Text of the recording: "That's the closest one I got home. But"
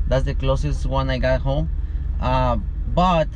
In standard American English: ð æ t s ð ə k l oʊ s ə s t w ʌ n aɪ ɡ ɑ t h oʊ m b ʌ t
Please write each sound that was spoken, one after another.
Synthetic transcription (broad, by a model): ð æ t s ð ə k l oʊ s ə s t w ʌ n aɪ ɡ ɑ t h oʊ m b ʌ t